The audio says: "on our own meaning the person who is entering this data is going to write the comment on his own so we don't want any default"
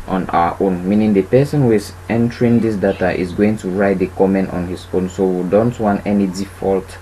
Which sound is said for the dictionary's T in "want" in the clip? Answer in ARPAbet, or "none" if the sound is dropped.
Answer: T